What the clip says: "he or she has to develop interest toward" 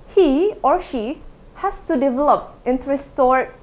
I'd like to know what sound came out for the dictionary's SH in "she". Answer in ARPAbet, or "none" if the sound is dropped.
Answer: SH